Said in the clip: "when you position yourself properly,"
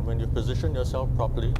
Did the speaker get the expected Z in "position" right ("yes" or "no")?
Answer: yes